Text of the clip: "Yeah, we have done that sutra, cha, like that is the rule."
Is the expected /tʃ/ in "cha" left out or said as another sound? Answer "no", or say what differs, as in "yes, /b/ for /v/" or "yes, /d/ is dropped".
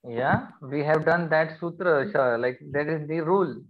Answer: yes, /ʃ/ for /tʃ/